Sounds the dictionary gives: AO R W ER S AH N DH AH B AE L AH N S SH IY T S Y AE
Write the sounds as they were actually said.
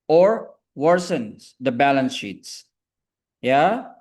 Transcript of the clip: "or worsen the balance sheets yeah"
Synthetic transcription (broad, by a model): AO R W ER S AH N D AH B AE L AH N S SH IY T S Y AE